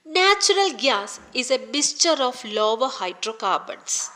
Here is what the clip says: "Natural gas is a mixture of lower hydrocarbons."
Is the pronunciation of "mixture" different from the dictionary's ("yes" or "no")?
yes